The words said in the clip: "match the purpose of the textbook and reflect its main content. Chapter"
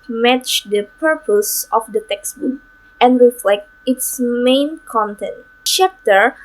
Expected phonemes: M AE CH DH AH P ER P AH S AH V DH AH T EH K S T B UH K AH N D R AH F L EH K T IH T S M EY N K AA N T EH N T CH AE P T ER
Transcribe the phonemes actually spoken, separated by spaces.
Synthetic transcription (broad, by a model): M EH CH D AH P ER P AH S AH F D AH T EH K S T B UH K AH N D R AH F L EH K T IH T S M EY N K AA N T EH N T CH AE P T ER